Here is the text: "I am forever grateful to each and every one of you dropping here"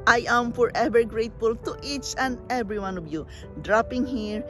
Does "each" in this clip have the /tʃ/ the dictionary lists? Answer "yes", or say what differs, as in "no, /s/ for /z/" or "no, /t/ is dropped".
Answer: yes